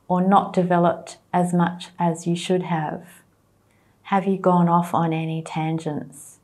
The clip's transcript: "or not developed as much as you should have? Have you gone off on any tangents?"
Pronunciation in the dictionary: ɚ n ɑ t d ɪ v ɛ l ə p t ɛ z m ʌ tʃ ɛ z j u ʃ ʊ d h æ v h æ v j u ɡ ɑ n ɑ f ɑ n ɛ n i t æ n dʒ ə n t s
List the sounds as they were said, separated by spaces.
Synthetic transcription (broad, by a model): ɚ n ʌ t d ɪ v ɛ l ə p t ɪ z m ʌ tʃ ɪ z j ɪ ʃ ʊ d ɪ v h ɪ v j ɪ ɡ ɑ n ɑ f n ɛ n i t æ n dʒ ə n t s